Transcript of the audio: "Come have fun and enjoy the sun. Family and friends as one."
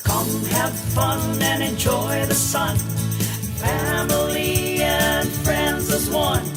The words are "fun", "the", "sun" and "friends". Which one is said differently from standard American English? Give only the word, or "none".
none